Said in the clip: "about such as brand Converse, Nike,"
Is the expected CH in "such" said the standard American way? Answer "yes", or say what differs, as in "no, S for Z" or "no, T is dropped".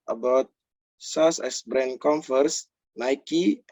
no, S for CH